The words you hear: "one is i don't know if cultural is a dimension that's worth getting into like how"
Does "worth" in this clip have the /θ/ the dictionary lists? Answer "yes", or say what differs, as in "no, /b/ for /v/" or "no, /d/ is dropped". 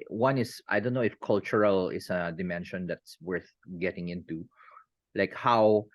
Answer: yes